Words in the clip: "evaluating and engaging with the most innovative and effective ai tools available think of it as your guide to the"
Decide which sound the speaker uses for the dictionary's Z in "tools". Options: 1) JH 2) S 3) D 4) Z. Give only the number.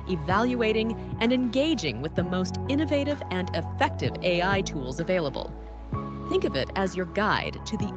4